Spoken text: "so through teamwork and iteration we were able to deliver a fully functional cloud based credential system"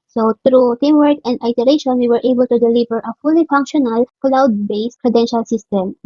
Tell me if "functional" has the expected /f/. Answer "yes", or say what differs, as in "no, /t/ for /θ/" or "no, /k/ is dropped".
yes